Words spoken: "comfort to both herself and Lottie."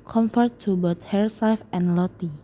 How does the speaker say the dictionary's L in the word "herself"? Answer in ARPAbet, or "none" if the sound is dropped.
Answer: none